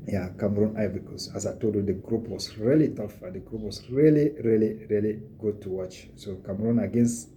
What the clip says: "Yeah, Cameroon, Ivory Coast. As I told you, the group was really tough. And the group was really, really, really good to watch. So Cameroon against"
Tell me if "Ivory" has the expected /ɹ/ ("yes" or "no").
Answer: no